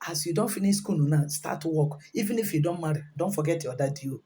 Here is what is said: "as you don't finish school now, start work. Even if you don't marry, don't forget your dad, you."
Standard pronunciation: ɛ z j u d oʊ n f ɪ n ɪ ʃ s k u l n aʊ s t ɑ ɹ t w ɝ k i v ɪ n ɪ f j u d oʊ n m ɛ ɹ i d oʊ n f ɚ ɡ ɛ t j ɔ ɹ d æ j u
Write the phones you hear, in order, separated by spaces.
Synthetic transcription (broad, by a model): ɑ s j u d oʊ n f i n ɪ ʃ s k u n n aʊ s t ɑ t w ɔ k i v ɪ n ɪ f j u d oʊ n m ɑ ɹ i d oʊ n f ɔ ɡ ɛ t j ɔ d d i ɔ